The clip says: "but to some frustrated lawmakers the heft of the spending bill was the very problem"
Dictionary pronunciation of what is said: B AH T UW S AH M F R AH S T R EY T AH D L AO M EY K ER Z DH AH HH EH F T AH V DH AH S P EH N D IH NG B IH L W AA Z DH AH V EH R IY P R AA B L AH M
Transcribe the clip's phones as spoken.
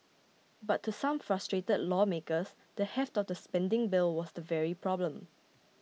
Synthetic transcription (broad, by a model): B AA T UW S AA M F R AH S T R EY T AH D L AO M EY K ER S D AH HH EH F T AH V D AH S P EH N D IH NG B IH L W AA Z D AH V EH R IY P R AA B L AH M